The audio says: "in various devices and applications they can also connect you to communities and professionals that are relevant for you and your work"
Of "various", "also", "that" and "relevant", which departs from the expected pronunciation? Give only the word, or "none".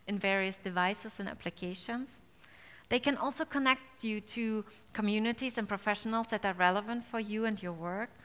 none